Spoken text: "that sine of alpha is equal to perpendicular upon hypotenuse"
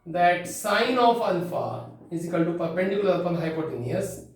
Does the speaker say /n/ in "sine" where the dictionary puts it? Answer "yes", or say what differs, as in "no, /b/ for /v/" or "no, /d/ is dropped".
yes